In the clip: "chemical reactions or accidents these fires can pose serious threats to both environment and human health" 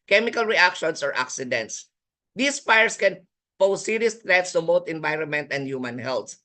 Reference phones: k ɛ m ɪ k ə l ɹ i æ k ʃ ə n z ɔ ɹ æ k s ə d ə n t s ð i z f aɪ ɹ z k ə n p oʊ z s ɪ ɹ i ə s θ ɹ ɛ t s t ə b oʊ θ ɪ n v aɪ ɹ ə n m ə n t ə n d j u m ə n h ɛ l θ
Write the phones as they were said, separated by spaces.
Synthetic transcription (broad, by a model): k ɛ m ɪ k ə l ɹ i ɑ k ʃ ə n s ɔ ɹ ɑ k s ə d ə n t s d i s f aɪ ɹ s k ə n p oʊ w s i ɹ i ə s t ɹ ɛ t s t ə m oʊ t ɪ n v aɪ ɹ ə n m ə n t ə n d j u m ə n h ɛ l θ